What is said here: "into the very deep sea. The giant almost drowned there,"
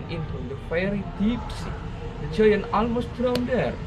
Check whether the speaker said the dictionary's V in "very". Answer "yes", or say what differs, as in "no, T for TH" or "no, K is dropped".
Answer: no, F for V